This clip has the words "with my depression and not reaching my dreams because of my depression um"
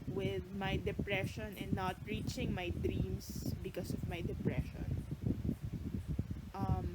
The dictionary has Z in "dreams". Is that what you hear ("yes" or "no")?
no